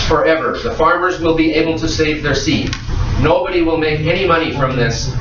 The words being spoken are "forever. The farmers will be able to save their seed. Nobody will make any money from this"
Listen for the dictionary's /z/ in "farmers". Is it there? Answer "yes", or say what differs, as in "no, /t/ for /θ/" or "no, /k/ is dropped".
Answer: yes